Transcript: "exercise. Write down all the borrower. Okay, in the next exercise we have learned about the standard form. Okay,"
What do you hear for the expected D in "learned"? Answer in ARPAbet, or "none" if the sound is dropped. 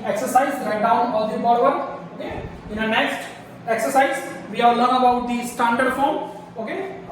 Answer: none